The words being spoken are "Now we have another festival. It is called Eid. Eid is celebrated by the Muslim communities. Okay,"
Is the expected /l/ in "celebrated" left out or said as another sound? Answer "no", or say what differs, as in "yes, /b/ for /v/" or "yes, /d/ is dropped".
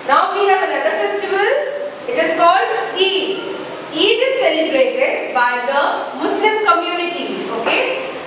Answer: yes, /l/ is dropped